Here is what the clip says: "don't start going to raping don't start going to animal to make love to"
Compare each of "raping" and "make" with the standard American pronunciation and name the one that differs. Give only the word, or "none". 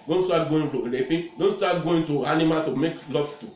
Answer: raping